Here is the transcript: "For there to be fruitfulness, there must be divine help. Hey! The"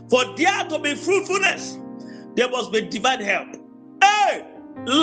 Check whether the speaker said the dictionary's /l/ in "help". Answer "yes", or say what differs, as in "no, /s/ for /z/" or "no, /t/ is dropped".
yes